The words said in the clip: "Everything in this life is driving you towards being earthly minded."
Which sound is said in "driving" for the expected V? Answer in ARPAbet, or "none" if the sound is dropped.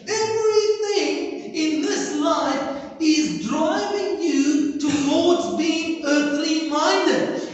P